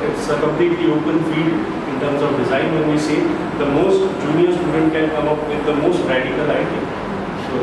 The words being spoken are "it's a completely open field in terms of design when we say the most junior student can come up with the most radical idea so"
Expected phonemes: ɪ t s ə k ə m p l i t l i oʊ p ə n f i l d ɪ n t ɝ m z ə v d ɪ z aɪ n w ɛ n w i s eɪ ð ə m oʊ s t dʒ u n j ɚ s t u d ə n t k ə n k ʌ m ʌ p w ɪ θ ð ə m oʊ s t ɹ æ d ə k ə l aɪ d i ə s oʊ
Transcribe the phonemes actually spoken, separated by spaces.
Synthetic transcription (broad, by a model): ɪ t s ə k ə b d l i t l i oʊ p ə n f i d ɪ n t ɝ m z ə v d ɪ z aɪ n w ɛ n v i s eɪ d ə m oʊ s t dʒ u n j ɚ s t u d ə n t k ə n k ʌ m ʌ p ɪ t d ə m oʊ s t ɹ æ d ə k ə l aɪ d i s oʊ